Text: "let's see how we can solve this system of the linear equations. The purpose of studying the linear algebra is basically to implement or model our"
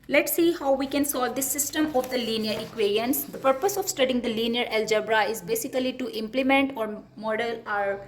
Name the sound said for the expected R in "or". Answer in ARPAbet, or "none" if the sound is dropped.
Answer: R